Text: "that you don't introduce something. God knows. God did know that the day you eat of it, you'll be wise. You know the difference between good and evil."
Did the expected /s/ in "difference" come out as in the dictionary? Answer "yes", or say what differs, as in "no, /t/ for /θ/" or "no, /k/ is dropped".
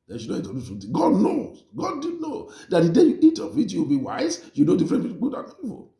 no, /s/ is dropped